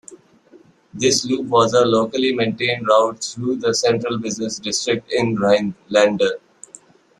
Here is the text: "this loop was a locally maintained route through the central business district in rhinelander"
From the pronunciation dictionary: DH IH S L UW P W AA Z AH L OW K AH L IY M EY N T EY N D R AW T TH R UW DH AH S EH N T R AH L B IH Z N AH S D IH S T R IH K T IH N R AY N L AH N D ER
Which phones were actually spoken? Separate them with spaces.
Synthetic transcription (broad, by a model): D IH S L UW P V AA Z AH L OW K AH L IY M EY N T EY N D R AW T T R UW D AH S EH N T R AH L B IH Z N AH S D IH S T R IH K T IH N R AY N L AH N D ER